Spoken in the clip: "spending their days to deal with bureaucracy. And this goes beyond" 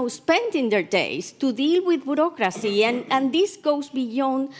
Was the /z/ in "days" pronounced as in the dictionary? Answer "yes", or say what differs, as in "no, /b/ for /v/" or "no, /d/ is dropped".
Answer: no, /s/ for /z/